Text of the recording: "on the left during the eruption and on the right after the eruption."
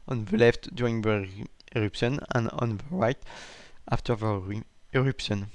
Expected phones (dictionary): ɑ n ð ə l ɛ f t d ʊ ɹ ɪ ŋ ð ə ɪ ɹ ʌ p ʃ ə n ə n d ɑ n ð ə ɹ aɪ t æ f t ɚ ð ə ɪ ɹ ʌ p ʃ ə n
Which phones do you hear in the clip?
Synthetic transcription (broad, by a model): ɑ n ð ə l ɛ f t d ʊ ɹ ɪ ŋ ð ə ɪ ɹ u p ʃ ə n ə n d ɑ n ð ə ɹ aɪ t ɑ f t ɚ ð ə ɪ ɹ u p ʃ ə n